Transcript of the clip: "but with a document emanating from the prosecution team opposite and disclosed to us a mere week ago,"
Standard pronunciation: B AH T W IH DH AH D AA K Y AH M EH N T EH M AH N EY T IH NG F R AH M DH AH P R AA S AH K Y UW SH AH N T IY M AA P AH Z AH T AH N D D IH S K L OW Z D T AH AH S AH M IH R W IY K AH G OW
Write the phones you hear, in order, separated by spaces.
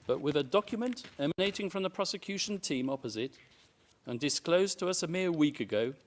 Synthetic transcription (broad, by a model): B AH T W IH DH AH D AA K Y AH M EH N T EH M AH N EY T IH NG F R AH M DH AH P R AA S AH K Y UW SH AH N T IY M AA P AH Z AH T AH N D D IH S K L OW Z T AH AH S AH M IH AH W IY K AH G OW